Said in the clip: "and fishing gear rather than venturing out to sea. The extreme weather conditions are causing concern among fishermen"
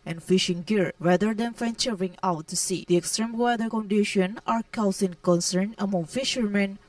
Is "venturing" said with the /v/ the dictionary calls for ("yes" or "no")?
no